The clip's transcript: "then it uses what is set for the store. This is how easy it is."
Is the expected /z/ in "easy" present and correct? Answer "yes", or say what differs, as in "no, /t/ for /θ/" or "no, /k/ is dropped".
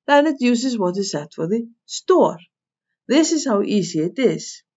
no, /s/ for /z/